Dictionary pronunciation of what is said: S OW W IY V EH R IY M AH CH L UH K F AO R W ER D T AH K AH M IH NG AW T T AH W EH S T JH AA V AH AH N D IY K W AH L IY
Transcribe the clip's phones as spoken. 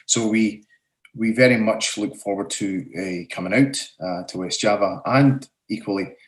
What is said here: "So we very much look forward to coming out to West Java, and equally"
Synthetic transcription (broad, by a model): S OW W IY V EH R IY M AH CH L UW K F AO R W ER D T AH K AH M IH NG AW T T AH W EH S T JH AA V AH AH N IY K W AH L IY